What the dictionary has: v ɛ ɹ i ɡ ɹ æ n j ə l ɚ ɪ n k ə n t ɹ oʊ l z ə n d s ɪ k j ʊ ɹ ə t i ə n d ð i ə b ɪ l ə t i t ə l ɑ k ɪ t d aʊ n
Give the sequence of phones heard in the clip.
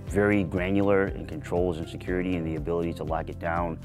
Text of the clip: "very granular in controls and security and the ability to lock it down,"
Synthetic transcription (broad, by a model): v ɛ ɹ i ɡ ɹ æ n j l ɚ ɪ n k ə n t ɹ oʊ l z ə n s ɪ k j ʊ ɹ ə t i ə n ð i ə b ɪ l ə t i t ə l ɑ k ɪ t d aʊ n